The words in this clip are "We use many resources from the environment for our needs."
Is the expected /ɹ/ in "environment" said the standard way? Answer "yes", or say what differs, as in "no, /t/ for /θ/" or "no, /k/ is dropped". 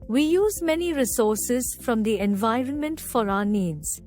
yes